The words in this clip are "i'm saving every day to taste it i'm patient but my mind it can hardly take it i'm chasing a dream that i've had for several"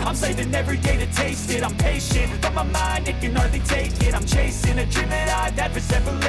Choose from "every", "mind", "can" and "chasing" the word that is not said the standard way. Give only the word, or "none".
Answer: none